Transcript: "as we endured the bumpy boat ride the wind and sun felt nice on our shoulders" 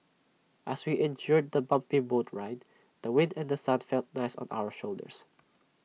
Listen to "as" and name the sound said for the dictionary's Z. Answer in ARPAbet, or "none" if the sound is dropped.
S